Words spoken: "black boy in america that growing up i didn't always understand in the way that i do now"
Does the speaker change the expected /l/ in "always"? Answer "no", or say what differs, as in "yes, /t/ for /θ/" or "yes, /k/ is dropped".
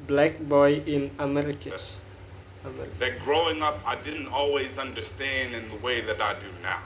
no